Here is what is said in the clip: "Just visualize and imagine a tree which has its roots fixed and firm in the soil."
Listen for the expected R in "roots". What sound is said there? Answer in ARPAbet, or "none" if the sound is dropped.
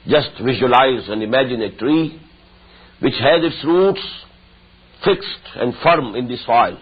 R